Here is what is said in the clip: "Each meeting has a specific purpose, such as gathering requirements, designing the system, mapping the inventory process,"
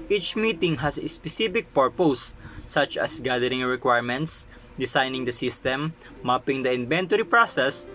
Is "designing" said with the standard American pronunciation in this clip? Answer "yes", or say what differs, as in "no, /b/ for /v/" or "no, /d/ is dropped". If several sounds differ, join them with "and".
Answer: no, /s/ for /z/